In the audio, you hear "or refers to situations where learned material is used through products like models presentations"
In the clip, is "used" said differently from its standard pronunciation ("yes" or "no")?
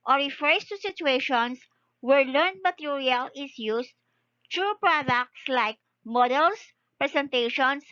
yes